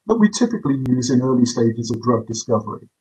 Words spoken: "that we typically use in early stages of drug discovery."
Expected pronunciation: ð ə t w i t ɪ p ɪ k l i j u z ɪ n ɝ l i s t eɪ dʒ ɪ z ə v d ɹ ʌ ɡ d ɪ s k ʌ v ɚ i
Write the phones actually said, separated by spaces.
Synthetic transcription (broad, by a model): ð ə t w i t ɪ p ɪ k l i j u z ɪ n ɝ l i s t eɪ dʒ ɪ z ə v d ɹ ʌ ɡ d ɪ s k ʌ v ɚ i